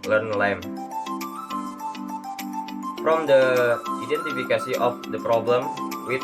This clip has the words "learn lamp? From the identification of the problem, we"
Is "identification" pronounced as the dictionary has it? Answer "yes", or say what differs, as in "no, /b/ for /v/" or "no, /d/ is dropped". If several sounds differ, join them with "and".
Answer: no, /s/ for /ʃ/